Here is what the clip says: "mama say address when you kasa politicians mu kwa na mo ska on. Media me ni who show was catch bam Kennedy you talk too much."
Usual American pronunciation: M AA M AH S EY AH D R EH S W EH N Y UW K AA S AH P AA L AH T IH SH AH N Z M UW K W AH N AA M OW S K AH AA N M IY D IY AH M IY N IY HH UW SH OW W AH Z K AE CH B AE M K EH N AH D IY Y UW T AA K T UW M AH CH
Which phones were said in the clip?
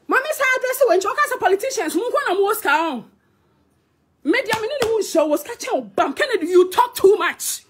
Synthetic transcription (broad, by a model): M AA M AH S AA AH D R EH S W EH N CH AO K AA S AH P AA L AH T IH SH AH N S M UW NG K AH N AA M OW S K AH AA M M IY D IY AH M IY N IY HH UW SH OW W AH S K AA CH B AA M K EH N AH D IY Y UW T AA K T UW M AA CH